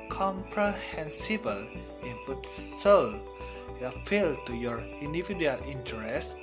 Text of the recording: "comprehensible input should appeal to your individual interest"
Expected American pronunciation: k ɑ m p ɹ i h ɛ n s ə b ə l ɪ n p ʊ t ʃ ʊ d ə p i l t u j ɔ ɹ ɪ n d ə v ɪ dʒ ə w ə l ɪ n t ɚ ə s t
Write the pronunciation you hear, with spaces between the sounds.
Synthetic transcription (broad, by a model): k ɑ m p ɹ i h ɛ n s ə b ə l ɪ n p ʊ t s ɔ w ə f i l t u j ɔ ɹ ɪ n d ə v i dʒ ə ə l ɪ n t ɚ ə s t